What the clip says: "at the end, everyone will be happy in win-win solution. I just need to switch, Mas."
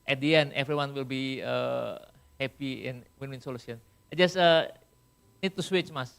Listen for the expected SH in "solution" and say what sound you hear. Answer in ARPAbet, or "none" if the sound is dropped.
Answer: S